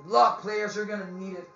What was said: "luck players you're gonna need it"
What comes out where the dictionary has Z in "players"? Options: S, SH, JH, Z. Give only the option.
Z